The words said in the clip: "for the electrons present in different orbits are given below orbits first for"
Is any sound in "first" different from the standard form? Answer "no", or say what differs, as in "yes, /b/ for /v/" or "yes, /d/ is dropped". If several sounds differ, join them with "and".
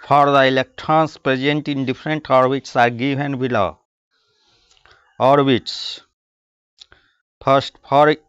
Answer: yes, /p/ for /f/